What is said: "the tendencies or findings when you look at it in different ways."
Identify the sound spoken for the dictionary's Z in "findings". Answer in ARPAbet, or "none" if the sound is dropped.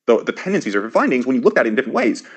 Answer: Z